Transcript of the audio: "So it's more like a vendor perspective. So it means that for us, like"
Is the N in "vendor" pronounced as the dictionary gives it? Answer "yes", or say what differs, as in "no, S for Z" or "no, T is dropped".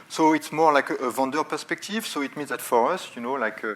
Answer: no, N is dropped